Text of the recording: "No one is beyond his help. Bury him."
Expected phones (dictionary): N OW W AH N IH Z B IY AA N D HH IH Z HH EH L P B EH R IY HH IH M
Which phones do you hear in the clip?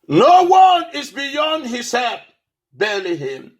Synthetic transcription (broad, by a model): N OW W AH N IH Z B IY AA N D HH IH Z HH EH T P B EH L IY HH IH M